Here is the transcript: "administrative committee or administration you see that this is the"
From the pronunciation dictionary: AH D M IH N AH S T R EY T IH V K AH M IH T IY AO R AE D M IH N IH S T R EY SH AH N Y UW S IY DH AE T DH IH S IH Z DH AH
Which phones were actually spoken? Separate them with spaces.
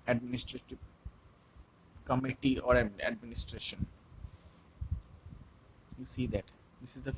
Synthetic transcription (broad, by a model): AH D M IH N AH S T R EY T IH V K AH M IH T IY AO R AE D M IH N IH S T R EY SH AH N Y UW S IY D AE T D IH S IH Z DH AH